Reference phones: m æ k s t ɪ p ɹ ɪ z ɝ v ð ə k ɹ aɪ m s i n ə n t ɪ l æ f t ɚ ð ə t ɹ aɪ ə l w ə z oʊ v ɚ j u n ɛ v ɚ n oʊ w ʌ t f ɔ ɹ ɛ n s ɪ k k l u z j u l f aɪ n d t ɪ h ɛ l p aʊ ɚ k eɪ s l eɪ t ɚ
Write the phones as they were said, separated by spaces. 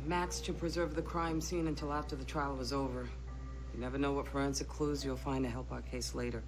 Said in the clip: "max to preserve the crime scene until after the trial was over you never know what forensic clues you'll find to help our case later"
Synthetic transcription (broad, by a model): m æ k s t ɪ p ɹ ɪ z ɝ v ð ə k ɹ aɪ m s i n ə n t ɪ l æ f t ɚ ð ə t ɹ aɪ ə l w ə z oʊ v ɚ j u n ɛ v ɚ n oʊ w ʌ t f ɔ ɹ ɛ n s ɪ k k l u z j u l f aɪ n d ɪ h ɛ l p aʊ ɚ k eɪ s l eɪ t ɚ